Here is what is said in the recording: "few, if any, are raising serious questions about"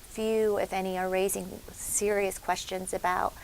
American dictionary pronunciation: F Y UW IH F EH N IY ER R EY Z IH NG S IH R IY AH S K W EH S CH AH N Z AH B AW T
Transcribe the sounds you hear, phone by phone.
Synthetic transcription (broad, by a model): F Y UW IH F EH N IY ER R EY Z IH NG S IH R IY AH S K W EH S CH AH N Z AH B AW T